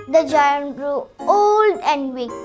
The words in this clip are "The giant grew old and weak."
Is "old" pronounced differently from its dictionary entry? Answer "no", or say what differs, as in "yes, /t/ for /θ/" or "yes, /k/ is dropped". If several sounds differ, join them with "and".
no